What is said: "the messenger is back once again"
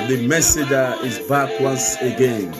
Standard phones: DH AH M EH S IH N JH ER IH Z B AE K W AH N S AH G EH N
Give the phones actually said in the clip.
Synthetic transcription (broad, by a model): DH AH M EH S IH JH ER IH Z B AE K W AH N S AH G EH N